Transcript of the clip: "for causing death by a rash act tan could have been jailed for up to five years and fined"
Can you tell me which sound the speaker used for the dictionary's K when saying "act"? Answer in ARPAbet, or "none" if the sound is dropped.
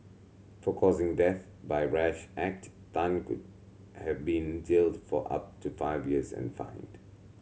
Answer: K